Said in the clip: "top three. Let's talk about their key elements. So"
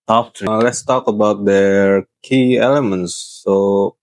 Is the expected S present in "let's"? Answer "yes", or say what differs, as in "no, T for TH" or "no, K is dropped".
yes